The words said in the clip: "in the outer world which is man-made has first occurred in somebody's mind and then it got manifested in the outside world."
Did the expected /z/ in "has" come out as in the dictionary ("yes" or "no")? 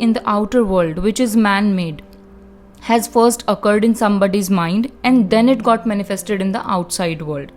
yes